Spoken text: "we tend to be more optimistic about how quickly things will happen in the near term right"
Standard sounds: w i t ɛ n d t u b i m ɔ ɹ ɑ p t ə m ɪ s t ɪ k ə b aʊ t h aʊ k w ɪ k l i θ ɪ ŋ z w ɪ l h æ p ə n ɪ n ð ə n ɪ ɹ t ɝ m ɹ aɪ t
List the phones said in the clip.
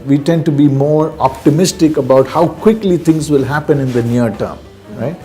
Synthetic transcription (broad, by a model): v i t ɛ n d t u b i m ɔ ɹ ɑ p t ə m ɪ s t ɪ k ə b aʊ t h aʊ k w ɪ k l i t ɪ ŋ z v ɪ l h æ p ə n ɪ n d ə n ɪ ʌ t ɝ m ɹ aɪ t